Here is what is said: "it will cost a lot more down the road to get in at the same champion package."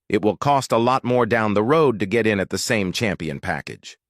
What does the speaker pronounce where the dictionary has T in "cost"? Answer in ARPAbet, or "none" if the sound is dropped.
T